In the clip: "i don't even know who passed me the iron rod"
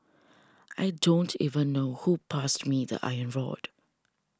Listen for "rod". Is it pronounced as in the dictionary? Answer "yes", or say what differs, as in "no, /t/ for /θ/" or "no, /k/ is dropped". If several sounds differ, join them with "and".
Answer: yes